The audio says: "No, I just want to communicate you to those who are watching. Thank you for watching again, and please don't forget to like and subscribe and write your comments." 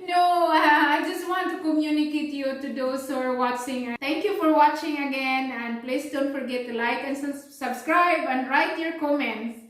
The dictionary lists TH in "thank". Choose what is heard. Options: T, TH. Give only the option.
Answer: T